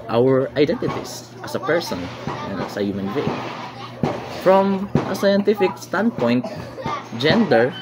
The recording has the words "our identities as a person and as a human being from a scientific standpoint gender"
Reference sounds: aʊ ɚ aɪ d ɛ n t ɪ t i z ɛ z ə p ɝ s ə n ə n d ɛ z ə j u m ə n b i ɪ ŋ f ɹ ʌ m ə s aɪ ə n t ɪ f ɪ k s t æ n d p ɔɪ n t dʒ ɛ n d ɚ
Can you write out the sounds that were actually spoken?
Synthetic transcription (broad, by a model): aʊ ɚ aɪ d ɛ n t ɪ t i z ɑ s ə p ɝ s ə n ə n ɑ s ə j u m ə n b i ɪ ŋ f ɹ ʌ m ə s aɪ ə n t ɪ f ɪ k s t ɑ n d p ɔɪ n t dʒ ɛ n d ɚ